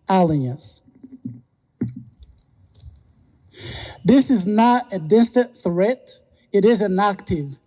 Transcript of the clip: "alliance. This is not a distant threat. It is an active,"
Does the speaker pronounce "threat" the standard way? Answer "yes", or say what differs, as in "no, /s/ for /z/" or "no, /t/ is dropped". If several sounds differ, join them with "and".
yes